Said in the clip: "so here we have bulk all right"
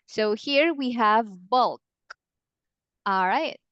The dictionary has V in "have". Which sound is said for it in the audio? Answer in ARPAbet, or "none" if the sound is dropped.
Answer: V